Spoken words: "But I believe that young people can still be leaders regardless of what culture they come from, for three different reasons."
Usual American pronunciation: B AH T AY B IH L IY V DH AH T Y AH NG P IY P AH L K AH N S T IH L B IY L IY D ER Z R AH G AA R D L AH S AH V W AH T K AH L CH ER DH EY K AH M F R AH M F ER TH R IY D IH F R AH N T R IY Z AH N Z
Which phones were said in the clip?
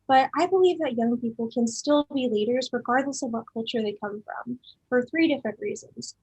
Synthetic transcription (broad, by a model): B AH T AY B IH L IY V DH AH T Y AH NG P IY P L K AH N S T IH L B IY L IY D ER Z R AH G AA R D L AH S AH V W AH T K AH L CH ER DH EY K AH M F R AH M F ER TH R IY D IH F R AH N T R IY Z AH N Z